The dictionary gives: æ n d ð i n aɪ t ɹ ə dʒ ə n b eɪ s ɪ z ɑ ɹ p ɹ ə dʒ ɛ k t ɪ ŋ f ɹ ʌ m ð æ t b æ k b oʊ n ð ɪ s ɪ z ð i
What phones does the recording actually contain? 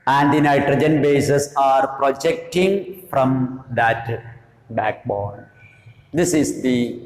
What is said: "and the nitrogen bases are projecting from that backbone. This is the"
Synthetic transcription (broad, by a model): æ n d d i n aɪ t ɹ ə dʒ ə n b eɪ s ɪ s ɑ ɹ p ɹ ə dʒ ɛ k t ɪ ŋ f ɹ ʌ m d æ t b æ k b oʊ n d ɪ s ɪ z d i